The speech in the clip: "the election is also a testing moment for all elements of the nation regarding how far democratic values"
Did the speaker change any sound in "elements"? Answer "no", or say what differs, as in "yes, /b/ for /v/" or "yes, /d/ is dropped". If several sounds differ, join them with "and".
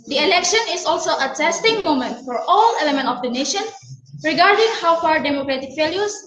yes, /s/ is dropped